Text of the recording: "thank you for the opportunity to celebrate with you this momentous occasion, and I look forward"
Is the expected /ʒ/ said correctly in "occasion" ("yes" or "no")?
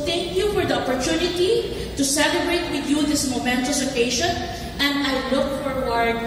no